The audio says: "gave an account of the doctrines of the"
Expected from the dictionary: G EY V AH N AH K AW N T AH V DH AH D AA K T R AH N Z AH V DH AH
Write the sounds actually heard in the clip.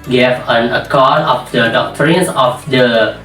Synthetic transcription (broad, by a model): G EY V AH N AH K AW T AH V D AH D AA K T R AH N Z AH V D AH